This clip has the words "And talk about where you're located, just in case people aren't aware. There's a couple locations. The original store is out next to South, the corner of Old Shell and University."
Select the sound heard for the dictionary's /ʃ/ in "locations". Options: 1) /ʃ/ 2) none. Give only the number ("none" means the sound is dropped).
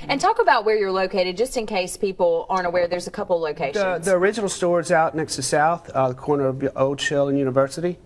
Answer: 2